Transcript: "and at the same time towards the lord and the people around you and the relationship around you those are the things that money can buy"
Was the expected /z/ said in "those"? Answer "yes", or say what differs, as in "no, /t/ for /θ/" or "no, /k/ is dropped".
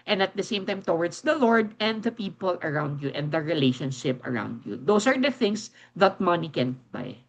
no, /s/ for /z/